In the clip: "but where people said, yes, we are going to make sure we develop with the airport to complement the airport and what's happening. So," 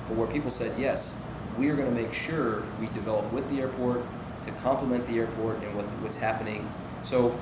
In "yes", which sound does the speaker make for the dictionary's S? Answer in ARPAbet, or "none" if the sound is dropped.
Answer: S